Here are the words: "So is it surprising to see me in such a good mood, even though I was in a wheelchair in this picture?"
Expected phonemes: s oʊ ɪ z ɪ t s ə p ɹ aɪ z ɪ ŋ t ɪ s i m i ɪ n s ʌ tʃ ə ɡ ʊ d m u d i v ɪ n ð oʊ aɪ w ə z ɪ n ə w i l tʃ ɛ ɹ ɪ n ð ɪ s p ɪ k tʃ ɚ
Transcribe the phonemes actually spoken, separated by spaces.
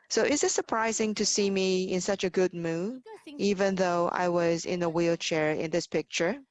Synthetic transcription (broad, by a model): s oʊ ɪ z ɪ t s ə p ɹ aɪ z ɪ ŋ t ɪ s i m i ɪ n s ʌ tʃ ə ɡ ʊ d m u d i v ɪ n ð oʊ aɪ w ə z ɪ n ə w i l tʃ ɛ ɹ ɪ n ð ɪ s p ɪ k tʃ ɚ